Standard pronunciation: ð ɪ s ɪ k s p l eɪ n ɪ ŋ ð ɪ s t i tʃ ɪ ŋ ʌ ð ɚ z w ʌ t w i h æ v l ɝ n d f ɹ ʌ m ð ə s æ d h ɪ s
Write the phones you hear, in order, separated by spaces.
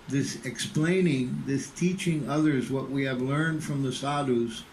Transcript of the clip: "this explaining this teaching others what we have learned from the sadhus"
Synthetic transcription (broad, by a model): ð ɪ s ɪ k s p l eɪ n ɪ ŋ ð ɪ s t i tʃ ɪ ŋ ʌ ð ɚ z w ʌ t w i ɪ v l ɝ n d f ɹ ʌ m ð ə s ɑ d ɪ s